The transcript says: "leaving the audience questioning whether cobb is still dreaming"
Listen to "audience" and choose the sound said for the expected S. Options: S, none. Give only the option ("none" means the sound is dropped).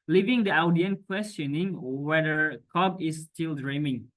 none